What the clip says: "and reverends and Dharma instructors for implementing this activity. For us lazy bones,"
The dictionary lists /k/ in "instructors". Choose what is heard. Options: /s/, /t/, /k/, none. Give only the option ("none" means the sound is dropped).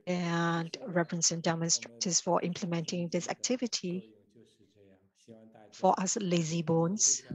none